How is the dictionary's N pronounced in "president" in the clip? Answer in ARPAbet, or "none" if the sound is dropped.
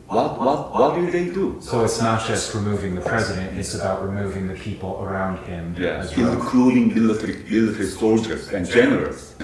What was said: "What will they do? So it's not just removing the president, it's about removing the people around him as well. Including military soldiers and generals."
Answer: N